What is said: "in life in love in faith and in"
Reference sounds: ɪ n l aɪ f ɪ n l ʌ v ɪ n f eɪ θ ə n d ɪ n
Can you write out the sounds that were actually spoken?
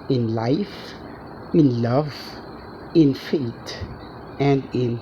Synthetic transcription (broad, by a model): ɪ n l aɪ f ɪ n l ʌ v ɪ n f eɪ t ə n d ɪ n